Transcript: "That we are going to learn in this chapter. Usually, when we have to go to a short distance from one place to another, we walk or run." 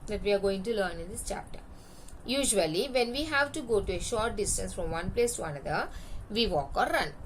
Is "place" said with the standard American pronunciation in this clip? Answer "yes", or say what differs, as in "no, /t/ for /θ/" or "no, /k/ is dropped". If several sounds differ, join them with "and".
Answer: yes